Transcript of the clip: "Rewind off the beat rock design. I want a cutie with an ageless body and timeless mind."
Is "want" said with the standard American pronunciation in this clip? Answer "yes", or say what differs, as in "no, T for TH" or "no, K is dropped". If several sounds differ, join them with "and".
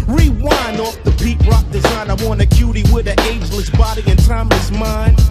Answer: no, T is dropped